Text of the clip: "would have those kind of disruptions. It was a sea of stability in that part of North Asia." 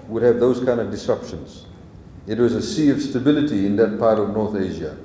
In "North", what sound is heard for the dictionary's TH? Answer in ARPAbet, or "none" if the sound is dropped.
TH